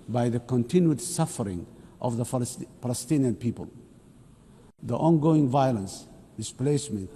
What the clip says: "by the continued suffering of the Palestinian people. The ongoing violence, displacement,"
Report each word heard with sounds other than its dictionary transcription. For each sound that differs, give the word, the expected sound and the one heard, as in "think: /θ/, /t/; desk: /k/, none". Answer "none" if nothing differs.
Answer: none